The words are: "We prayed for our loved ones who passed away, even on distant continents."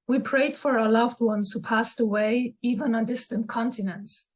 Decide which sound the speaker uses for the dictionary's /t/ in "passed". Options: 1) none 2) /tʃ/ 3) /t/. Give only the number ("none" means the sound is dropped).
3